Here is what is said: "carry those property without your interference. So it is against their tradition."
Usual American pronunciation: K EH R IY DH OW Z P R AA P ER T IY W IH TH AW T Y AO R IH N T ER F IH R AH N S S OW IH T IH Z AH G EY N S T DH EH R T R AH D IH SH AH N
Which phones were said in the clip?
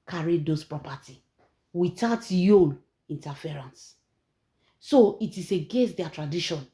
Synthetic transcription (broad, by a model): K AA R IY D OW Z P R AA P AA T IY W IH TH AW T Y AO L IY N T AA F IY R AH N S S OW IH T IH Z AH G EY N S T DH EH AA T R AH D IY SH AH N